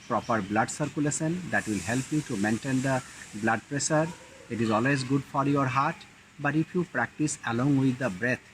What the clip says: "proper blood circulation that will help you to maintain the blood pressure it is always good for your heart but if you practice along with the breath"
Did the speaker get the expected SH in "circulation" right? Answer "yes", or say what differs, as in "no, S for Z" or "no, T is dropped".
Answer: no, S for SH